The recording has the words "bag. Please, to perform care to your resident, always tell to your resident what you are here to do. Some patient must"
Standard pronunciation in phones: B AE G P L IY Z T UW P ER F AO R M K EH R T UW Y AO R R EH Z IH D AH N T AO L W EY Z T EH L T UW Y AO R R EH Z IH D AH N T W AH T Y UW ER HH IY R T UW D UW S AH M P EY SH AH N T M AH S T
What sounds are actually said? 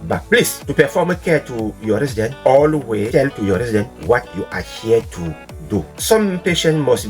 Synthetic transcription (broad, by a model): B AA P L IY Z T UW P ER F AO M K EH T UW Y AO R R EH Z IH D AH N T AO L W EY T EH L T UW Y AO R R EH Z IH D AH N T W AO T Y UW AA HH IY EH T UW D UW S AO M P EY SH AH N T M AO S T